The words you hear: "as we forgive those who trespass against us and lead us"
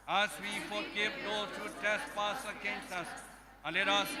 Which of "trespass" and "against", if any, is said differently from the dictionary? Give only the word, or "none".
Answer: trespass